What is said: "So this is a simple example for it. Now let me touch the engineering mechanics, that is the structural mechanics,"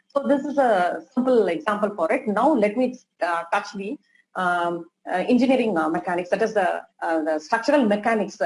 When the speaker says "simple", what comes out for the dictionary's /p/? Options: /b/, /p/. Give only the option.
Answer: /p/